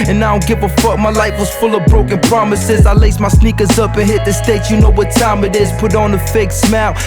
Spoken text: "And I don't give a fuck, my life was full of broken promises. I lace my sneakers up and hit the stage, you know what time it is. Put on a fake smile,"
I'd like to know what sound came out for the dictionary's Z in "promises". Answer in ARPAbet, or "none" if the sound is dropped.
Z